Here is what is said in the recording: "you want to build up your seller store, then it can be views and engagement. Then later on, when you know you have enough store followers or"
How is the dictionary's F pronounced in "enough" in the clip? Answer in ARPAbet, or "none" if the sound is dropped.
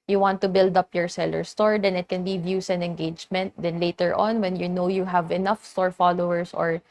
F